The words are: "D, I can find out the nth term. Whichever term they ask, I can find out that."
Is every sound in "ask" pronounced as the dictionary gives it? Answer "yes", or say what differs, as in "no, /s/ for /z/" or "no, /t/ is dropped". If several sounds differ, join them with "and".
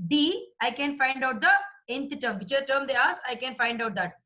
no, /k/ is dropped